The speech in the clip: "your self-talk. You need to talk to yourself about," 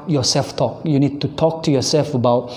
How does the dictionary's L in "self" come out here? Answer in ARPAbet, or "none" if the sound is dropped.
L